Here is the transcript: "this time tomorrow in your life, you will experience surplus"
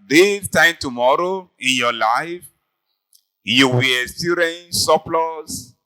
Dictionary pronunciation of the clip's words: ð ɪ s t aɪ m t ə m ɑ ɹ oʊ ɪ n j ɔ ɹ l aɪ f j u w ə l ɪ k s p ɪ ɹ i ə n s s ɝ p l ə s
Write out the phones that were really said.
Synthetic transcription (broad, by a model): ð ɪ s t aɪ m t ə m ɑ ɹ oʊ ɪ n j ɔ l aɪ f j u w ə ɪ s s i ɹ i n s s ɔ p l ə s